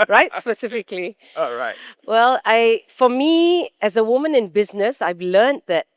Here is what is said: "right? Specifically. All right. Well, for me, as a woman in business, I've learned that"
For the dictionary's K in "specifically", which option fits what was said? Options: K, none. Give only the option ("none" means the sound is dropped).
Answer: K